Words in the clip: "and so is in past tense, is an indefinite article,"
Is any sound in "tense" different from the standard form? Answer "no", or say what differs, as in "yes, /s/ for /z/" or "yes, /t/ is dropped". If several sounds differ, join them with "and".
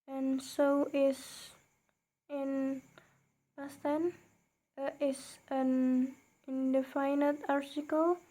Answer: yes, /s/ is dropped